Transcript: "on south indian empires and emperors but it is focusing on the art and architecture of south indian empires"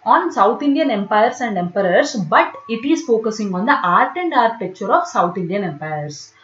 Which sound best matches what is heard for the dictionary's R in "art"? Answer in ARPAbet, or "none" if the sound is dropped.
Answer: R